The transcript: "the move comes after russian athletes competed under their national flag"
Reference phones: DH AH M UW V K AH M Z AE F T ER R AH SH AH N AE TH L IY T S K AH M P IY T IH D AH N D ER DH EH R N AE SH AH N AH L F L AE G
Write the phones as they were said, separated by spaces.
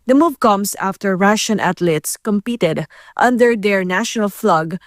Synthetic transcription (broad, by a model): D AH M UW V K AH M S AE F T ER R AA SH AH N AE T L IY T S K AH M P IY T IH D AH N D ER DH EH R N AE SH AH N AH L F L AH G